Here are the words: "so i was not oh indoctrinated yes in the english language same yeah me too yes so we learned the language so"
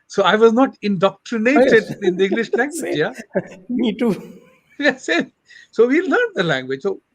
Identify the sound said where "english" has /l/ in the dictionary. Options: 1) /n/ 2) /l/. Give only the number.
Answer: 2